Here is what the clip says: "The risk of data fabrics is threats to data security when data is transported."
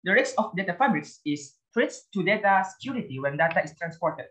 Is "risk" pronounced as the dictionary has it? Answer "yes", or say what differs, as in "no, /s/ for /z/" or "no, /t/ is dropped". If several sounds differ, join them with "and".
no, /k/ is dropped